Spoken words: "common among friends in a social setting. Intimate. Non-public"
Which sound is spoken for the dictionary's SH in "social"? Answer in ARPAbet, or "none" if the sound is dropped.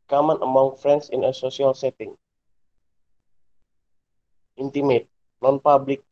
S